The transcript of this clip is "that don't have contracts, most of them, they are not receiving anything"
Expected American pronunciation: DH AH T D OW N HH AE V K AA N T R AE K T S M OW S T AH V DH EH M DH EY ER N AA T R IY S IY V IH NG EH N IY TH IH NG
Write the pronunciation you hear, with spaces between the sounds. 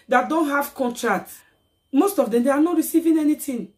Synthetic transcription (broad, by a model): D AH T D OW N HH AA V K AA N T R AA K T M OW S T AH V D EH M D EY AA N AA T R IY S IY V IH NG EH N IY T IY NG